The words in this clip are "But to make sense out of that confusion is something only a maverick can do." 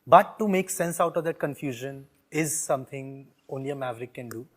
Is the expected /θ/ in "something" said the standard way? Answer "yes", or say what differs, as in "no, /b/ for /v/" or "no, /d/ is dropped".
no, /t/ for /θ/